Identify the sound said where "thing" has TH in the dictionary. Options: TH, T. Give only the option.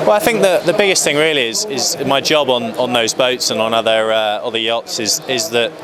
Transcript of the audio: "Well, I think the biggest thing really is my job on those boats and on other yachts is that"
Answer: TH